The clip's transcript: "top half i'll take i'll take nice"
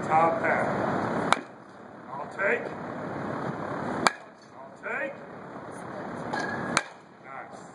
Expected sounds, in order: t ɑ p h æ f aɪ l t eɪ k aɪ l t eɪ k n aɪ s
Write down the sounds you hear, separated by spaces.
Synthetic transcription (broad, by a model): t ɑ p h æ aɪ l t eɪ k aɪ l t eɪ k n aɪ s